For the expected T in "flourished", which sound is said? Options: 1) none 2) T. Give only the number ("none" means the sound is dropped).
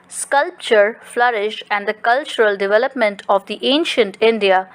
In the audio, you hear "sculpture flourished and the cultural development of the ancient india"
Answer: 1